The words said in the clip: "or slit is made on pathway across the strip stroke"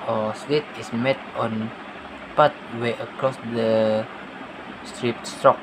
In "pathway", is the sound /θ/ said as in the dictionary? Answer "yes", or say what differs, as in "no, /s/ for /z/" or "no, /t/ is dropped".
no, /t/ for /θ/